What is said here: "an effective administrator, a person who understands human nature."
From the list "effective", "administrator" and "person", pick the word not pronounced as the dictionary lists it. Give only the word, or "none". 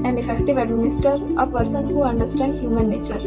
administrator